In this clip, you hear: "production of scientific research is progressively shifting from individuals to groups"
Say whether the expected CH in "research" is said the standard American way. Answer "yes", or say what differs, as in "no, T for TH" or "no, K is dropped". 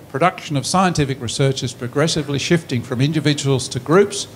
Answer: yes